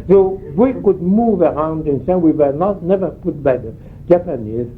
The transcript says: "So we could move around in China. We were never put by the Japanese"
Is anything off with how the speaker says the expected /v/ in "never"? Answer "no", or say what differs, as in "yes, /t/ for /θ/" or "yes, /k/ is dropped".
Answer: no